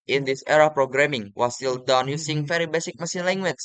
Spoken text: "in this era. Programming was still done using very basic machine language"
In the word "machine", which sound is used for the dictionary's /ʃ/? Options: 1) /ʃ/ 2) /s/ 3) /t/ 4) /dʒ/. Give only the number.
2